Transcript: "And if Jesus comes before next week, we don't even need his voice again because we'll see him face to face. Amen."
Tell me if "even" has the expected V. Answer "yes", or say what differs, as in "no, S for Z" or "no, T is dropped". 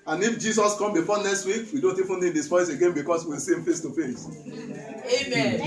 no, F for V